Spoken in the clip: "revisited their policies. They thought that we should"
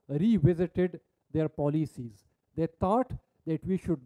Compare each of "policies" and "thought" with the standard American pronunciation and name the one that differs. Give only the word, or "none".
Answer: thought